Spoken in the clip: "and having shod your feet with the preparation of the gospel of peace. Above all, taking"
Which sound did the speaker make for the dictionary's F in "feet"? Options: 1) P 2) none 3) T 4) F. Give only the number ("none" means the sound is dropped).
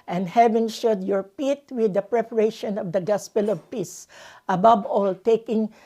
1